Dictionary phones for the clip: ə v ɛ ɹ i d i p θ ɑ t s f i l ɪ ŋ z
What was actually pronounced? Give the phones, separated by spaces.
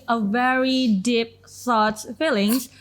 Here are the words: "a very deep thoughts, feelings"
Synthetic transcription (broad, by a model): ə v ɛ ɹ i d i p s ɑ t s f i l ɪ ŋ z